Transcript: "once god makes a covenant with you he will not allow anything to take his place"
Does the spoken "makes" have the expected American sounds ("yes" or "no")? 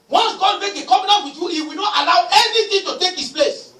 no